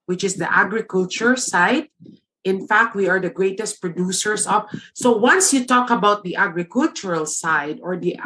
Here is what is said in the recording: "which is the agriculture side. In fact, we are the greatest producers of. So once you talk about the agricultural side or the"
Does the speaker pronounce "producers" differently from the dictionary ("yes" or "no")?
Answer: yes